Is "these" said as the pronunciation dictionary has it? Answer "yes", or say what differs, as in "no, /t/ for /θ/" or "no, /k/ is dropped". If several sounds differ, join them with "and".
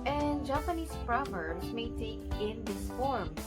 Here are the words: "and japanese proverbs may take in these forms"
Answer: no, /s/ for /z/